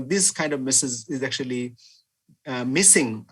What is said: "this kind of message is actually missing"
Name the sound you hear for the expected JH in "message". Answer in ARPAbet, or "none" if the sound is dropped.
Z